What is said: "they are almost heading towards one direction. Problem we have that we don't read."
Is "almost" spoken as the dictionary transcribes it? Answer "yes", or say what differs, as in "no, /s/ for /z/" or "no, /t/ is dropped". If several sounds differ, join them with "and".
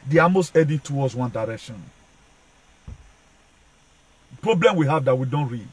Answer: no, /l/ is dropped